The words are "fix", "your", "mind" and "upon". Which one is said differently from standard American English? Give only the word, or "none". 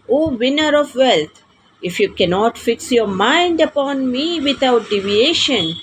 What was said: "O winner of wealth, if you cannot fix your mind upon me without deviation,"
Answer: none